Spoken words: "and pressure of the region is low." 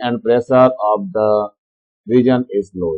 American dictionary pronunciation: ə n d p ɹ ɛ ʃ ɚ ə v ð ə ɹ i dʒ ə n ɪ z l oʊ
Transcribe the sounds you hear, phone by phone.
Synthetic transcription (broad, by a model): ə n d p ɹ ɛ s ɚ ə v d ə ɹ i dʒ ə n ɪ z l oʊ